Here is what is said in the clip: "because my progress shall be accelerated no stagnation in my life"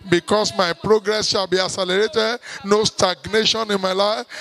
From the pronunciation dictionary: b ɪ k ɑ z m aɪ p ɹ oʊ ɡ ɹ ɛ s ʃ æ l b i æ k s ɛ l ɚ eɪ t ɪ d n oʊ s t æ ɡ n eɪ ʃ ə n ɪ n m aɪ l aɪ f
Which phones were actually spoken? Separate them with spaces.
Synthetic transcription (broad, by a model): b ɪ k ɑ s m aɪ p ɹ oʊ ɡ ɹ ɛ s ʃ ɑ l b i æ s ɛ l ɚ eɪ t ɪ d n oʊ s t æ ɡ n eɪ ʃ ə n ɪ n m aɪ l aɪ f